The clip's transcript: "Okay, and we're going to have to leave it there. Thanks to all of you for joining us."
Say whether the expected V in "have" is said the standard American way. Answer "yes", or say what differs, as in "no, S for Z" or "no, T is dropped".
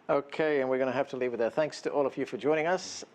no, F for V